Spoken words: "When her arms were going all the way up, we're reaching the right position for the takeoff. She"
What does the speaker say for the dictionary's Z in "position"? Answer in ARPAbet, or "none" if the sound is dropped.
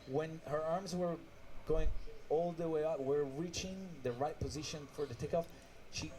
Z